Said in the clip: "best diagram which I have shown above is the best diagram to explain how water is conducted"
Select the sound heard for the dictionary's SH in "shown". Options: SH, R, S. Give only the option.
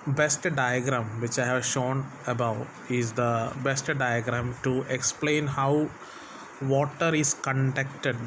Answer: SH